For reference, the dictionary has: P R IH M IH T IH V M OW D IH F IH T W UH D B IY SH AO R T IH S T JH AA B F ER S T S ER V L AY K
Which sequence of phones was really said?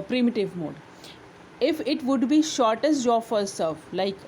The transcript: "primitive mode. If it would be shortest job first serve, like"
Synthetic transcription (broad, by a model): P R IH M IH T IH V M OW D IH F IH T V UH D B IY SH AO R T IH S T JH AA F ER T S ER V L AY K